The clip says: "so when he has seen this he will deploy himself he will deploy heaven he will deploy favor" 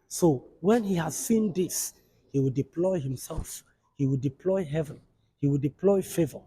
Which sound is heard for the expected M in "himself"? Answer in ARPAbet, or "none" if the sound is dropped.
M